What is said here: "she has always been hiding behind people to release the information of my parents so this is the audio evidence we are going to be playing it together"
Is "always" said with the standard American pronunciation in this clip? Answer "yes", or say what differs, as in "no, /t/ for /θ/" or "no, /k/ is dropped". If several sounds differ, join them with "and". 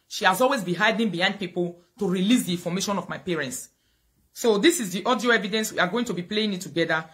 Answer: yes